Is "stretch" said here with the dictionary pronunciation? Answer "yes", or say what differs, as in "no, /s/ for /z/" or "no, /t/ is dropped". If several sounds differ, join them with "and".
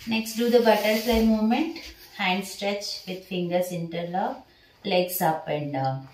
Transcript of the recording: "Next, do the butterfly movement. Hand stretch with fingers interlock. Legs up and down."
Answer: yes